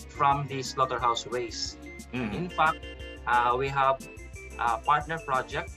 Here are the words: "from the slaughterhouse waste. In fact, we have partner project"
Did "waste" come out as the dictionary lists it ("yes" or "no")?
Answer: no